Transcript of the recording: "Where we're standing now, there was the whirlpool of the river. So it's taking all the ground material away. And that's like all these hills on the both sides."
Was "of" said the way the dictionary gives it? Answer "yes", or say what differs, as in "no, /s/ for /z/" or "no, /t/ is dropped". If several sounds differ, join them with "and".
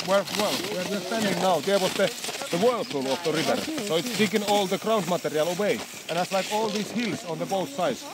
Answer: no, /f/ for /v/